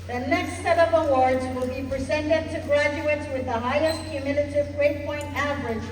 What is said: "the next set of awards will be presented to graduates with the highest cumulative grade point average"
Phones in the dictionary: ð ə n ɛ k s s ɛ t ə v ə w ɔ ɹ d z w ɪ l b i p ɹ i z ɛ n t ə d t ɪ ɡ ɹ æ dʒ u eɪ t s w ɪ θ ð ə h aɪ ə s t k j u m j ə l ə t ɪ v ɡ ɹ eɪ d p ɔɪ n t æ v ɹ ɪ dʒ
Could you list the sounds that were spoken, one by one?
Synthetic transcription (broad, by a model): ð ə n ɛ k s s ɛ t ə v ə w ɔ ɹ d z w ɪ l b i p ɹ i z ɛ n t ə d t ɪ ɡ ɹ æ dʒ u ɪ t s w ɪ ð ə h aɪ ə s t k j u m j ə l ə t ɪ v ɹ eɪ p ɔɪ n t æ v ɹ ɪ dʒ